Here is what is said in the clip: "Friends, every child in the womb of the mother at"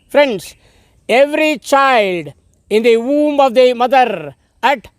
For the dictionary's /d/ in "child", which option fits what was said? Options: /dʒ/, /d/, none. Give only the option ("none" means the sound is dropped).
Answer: /d/